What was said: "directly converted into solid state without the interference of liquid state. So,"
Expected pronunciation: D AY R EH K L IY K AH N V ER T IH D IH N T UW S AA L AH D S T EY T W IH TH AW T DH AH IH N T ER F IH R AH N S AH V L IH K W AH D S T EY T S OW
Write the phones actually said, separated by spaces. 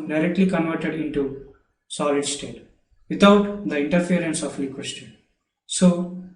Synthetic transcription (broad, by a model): D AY R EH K L IY K AH N V ER T IH D IH N T UW S AA L AH D S T EY T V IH T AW T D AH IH N T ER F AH R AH N S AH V L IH K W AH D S T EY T S OW